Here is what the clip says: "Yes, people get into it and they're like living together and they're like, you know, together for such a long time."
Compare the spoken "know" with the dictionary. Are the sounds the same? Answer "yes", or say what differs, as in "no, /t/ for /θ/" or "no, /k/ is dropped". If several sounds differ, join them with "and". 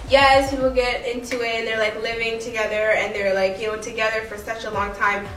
no, /l/ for /n/